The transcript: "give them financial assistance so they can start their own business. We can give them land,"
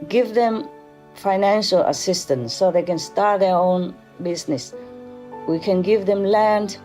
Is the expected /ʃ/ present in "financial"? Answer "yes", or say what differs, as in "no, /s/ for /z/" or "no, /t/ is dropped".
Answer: yes